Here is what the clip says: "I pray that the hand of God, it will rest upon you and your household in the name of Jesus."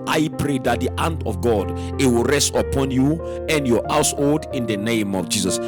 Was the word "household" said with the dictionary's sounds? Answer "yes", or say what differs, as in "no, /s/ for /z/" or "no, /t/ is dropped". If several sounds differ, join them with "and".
yes